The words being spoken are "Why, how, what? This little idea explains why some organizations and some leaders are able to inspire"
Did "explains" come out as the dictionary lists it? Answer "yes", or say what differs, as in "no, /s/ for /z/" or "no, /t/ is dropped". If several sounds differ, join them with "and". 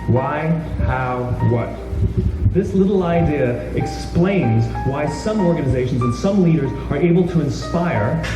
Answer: yes